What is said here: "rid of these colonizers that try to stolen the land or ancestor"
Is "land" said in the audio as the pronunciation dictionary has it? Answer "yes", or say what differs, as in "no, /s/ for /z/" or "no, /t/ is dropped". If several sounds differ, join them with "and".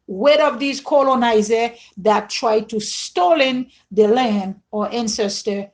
no, /d/ is dropped